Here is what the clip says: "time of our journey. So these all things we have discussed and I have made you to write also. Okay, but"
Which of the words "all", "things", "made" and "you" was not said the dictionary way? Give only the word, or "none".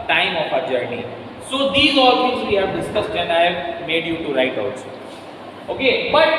things